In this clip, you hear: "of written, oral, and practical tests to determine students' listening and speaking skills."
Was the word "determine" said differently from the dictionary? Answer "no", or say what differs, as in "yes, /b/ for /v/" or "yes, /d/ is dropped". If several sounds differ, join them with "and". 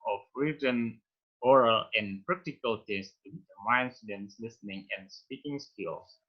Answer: yes, /m/ is dropped